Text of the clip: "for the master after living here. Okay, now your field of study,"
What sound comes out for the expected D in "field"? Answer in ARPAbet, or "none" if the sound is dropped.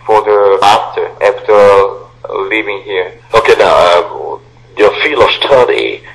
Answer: none